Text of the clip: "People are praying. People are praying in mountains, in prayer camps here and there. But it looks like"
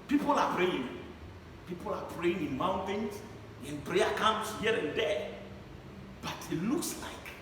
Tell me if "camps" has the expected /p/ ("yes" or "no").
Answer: no